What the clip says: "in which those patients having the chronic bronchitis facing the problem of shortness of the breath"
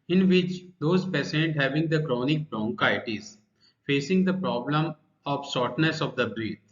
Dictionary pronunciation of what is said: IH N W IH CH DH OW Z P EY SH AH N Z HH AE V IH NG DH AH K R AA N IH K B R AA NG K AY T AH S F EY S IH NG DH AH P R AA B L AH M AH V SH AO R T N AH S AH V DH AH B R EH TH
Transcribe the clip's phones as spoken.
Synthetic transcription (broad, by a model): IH N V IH CH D OW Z P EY S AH N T HH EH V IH NG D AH K R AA N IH K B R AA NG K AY T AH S F EY S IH NG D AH P R AA B L AH M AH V S AO R T N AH S AH V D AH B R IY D